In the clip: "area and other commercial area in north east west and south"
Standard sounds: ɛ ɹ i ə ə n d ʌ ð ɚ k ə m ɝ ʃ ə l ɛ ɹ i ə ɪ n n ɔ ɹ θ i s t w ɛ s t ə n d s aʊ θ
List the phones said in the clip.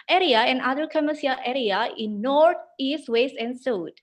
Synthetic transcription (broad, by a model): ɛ ɹ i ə ə n d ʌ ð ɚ k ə m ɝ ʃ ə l ɛ ɹ i ə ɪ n n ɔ ɹ t i s t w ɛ s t ə n d s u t